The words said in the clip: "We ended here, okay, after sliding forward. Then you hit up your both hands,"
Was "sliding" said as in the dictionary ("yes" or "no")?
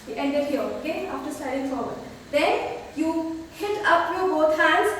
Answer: no